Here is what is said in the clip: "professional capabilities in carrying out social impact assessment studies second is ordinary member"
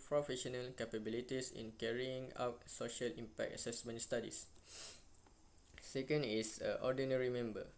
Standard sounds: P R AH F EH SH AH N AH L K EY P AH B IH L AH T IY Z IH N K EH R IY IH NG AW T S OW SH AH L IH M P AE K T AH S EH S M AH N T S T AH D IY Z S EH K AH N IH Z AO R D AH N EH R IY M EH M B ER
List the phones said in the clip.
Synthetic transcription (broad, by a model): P R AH F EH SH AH N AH L K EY P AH B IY L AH T IY S IH N K EH R IY IH NG AW T S OW SH AH L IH M P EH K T AH S EH S M AH N T S T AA D IY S S EH K AH N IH S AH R D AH N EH R IY M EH M B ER